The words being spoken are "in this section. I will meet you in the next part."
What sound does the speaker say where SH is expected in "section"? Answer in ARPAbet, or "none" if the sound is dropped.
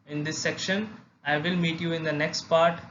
SH